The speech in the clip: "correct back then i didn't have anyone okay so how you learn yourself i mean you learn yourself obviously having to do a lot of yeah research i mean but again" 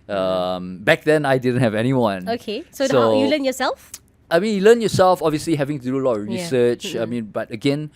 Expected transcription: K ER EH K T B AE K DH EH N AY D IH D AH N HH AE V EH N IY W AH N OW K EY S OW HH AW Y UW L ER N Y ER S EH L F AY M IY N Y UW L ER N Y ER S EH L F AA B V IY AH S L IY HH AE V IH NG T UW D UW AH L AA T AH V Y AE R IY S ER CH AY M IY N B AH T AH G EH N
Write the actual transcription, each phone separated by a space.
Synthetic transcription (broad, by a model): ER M B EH K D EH N AY D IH D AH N HH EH V EH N IY W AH N OW K EY S OW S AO Y UW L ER N Y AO S EH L F AY M IY N Y UW L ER N Y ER S EH L F AA B V IY AH S L IY HH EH V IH NG T UW D UW AH L AA T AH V R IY S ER CH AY M IY N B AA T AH G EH N